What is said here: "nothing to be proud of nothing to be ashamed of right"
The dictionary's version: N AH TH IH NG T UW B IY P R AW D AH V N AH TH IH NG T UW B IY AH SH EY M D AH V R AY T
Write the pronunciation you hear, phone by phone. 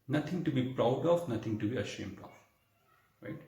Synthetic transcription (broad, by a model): N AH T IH NG T UW B IY P R AW D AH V N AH T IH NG T UW B IY AH SH EY M D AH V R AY T